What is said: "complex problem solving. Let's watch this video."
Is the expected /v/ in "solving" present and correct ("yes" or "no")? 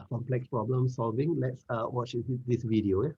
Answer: yes